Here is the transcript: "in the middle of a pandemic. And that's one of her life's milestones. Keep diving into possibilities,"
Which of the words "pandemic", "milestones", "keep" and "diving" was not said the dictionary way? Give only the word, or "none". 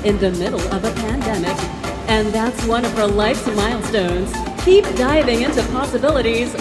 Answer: none